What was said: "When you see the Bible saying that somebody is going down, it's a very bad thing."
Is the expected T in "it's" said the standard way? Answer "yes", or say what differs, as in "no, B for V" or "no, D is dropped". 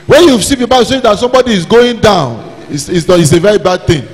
no, S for T